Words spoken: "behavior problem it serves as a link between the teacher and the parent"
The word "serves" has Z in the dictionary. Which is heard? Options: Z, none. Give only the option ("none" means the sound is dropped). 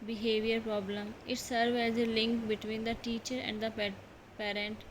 none